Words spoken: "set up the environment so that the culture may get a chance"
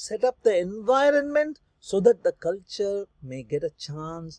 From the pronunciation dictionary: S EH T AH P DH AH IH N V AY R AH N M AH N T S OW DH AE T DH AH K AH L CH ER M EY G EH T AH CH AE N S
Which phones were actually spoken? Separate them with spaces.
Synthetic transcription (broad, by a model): S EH T AH P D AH IH N V AY R AH N M AH N T S OW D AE T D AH K AH L CH ER M EY G EH T AH CH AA N S